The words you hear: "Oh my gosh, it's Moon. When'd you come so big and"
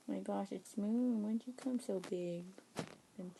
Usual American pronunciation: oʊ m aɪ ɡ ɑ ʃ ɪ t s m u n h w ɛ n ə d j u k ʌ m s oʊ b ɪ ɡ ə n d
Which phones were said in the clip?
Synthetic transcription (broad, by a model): m aɪ ɡ ɑ ʃ ɪ t s m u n w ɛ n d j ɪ k ʌ m s oʊ b ɪ ɡ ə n